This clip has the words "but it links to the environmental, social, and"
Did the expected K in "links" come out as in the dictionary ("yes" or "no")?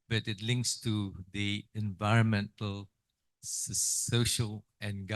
yes